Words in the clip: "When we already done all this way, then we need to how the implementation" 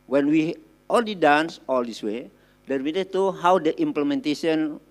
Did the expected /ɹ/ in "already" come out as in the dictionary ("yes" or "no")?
no